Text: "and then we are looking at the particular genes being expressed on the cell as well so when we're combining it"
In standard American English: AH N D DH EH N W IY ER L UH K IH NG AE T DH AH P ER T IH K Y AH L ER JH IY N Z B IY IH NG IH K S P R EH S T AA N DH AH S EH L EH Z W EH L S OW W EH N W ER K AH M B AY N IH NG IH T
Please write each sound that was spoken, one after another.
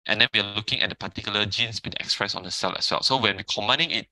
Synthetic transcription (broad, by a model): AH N D EH N W IY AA L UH K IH NG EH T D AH P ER T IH K Y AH L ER JH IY N S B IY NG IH K S P R EH S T AA N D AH S EH L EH S W EH L S OW W EH N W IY K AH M AY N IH NG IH T